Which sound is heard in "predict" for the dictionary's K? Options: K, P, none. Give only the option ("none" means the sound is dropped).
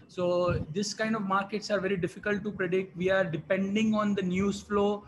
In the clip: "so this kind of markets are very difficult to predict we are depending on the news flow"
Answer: K